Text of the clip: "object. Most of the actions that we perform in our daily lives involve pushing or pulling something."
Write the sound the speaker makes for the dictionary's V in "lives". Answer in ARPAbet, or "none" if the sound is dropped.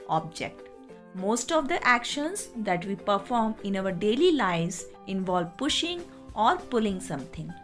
none